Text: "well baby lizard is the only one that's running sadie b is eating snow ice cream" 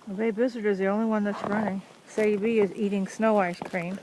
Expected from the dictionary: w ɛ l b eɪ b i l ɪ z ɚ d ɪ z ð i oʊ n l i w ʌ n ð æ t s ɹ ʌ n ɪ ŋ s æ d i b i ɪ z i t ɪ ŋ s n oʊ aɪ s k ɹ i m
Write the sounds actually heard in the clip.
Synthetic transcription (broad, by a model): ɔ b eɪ i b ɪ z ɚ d ɪ z ð i oʊ n l i w ʌ n ð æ t s ɹ ʌ n ɪ ŋ s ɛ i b i ɪ z i t ɪ ŋ s n oʊ aɪ s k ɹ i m